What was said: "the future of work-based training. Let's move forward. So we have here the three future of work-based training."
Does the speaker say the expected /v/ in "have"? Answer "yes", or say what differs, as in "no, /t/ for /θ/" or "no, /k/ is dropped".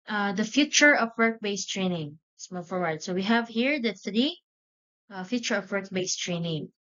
yes